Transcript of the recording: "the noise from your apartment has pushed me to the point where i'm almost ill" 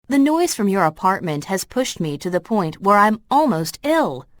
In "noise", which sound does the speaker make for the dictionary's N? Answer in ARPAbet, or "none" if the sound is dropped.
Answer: N